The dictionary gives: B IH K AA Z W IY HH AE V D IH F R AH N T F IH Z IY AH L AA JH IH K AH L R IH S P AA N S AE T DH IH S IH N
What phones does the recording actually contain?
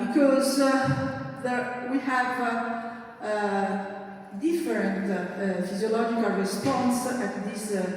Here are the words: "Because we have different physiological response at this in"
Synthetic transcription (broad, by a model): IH K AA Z W IY HH AE V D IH F R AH N T F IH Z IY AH L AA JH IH K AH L R IH S P AA N S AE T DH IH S